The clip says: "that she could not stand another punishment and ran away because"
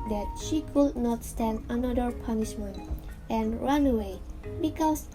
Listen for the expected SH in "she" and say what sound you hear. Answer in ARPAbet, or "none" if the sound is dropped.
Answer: SH